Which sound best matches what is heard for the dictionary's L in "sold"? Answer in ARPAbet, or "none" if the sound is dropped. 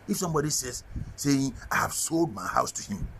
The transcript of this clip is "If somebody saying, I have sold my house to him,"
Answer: L